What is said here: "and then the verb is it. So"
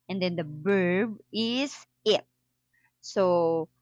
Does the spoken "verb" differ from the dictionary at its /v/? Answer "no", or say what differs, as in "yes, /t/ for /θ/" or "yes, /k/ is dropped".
yes, /b/ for /v/